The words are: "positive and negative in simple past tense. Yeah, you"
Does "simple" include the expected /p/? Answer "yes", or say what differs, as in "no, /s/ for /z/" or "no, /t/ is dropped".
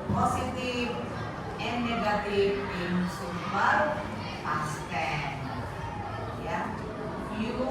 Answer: no, /p/ is dropped